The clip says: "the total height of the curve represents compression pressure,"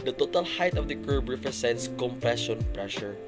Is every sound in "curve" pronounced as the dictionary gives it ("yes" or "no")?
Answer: no